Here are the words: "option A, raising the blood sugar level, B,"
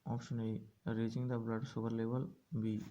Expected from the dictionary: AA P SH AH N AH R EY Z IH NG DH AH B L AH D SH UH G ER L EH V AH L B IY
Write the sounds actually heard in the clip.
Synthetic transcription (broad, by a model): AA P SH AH N AH R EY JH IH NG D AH B L AH D S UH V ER L EH V AH L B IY